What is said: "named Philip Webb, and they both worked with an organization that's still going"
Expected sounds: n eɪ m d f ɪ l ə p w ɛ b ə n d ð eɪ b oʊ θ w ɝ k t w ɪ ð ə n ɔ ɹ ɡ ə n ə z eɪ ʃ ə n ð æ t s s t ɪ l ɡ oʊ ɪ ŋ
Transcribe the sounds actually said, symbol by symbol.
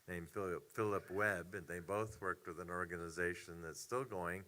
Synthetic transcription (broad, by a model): n eɪ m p f ɪ l ə p w ɛ b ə n ð eɪ b oʊ θ w ɝ k t w ɪ ð ə n ɔ ɹ ɡ ə n ə z eɪ ʃ ə n ð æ t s s t ɪ l ɡ oʊ ɪ ŋ